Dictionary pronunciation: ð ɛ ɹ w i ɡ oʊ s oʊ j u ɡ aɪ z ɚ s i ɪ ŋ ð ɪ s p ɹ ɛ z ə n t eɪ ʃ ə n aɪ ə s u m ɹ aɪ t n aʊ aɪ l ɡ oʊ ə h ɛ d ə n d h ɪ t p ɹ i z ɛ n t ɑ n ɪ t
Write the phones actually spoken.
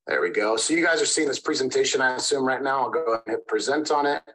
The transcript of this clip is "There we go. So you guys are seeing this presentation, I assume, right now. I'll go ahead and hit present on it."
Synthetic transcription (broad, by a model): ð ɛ ɹ w i ɡ oʊ s oʊ j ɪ ɡ aɪ z ɚ s i ɪ ŋ ð ɪ s p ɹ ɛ z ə n t eɪ ʃ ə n aɪ ə s u m ɹ aɪ t n aʊ aɪ l ɡ oʊ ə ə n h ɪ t p ɹ i z ɛ n t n ɪ t